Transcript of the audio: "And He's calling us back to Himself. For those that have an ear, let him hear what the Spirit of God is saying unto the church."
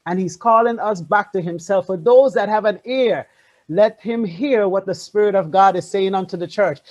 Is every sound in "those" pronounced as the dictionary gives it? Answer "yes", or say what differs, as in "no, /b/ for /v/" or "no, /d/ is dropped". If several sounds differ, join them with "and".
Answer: yes